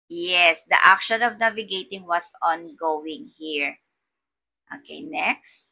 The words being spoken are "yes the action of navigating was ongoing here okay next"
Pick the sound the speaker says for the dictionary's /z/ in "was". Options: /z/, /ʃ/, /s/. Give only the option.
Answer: /s/